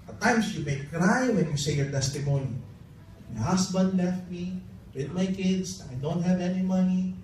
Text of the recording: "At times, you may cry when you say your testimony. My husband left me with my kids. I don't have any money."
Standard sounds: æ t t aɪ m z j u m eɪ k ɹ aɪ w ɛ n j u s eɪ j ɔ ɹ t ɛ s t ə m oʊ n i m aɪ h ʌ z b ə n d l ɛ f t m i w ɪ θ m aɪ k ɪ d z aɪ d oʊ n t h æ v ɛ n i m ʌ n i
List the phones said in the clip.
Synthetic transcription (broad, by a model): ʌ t t aɪ m s j u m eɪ k ɹ aɪ w ɛ n j u s eɪ j ɔ ɹ t ɛ s t ə m oʊ n i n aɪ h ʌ s b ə n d l ɛ f t m i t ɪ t m aɪ k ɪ d s aɪ d oʊ n t h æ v ɛ n i m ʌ n i